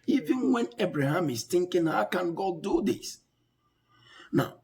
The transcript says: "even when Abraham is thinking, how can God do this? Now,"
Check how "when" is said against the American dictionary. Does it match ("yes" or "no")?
yes